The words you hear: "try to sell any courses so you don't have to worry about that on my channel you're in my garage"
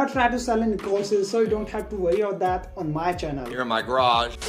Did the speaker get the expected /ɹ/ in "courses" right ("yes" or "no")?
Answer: no